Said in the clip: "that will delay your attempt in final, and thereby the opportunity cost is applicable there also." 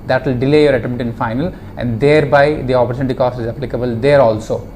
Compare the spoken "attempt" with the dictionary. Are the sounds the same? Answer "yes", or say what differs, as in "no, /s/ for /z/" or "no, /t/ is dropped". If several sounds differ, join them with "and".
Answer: no, /p/ is dropped